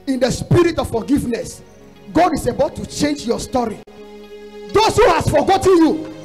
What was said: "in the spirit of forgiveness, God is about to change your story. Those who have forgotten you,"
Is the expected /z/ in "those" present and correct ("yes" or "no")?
no